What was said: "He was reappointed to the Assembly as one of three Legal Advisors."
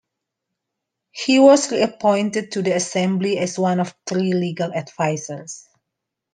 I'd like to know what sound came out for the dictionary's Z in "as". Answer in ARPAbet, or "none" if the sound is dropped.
S